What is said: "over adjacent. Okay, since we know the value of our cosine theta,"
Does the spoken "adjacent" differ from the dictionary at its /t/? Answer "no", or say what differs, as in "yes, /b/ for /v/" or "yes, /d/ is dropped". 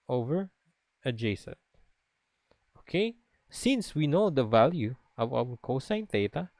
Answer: yes, /t/ is dropped